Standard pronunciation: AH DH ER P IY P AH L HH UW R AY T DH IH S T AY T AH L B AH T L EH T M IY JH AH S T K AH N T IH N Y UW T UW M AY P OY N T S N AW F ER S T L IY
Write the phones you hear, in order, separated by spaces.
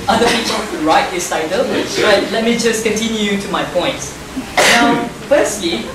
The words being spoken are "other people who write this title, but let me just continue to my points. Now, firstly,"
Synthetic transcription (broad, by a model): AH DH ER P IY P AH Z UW R AY T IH S AY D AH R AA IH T L EH T M IY JH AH S K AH N T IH N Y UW T UW M AY P OY N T N AW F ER S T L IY